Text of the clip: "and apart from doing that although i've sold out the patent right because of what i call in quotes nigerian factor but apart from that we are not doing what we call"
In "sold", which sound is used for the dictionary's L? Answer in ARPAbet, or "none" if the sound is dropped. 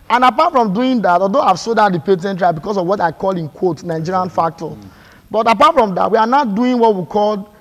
none